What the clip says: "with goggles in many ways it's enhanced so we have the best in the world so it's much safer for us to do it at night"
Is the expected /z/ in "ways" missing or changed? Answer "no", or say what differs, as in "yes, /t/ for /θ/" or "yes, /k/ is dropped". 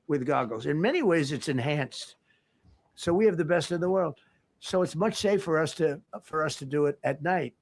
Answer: no